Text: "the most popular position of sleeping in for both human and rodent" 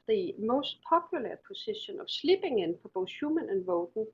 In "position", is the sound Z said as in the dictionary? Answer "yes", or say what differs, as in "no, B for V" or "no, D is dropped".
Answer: no, S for Z